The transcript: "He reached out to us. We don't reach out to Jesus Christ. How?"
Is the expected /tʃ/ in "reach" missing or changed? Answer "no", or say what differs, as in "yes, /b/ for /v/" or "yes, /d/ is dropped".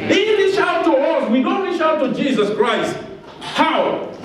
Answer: yes, /ʃ/ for /tʃ/